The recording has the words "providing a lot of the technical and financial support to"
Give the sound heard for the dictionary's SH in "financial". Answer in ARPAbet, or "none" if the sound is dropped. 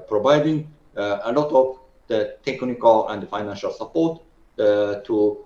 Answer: SH